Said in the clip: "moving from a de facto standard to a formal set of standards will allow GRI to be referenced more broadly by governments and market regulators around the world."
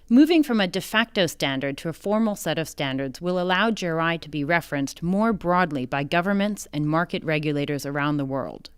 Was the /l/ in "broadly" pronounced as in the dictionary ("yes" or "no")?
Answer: yes